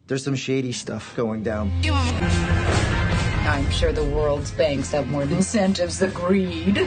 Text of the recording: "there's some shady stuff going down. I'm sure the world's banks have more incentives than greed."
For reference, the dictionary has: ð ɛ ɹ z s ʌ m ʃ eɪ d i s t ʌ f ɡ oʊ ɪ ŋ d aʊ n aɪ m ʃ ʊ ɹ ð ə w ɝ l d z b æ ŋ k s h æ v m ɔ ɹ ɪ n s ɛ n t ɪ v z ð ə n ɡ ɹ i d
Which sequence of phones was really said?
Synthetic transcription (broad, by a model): ð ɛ ɹ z s ʌ m ʃ eɪ d i s t ʌ f ɡ oʊ ɪ ŋ d aʊ n aɪ m ʃ ʊ ɹ ð ə w ɝ l d z b æ ŋ k s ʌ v m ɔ ɹ ɪ n s ɛ n t ɪ v z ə ɡ ɹ i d